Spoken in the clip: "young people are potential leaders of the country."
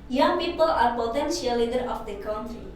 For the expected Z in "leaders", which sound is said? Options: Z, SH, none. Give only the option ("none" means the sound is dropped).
none